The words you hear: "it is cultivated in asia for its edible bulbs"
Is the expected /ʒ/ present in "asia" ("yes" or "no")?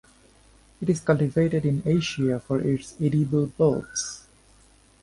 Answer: no